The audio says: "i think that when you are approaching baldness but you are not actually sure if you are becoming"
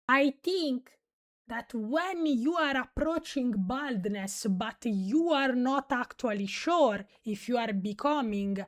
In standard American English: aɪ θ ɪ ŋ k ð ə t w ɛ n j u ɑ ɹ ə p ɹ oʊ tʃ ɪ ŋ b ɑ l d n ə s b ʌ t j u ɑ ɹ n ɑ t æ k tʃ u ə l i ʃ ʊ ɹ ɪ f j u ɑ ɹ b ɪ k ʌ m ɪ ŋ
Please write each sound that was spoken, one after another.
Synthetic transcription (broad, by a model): aɪ t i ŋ k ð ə t w ɛ n j u ɑ ɹ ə p ɹ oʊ tʃ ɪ ŋ b ɑ l d n ə s b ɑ t j u ɑ ɹ n ɑ t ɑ k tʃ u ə l i ʃ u ɹ ɪ f j u ɑ ɹ b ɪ k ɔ m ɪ ŋ